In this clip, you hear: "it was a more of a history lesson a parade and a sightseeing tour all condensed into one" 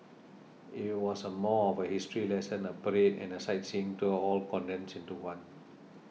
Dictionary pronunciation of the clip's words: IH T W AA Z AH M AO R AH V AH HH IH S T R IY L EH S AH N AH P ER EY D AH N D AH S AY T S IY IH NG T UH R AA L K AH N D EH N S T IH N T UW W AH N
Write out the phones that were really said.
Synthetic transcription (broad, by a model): IH T W AA S AH M AO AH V AH HH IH S T R IY L EH S AH N AH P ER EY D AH N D AH S AY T S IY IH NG T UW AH AA L K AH N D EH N S IH N T UW W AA N